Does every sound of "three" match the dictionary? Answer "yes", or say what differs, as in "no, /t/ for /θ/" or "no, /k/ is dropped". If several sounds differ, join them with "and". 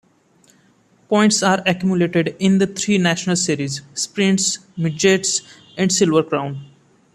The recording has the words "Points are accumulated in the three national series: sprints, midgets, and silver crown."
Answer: no, /t/ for /θ/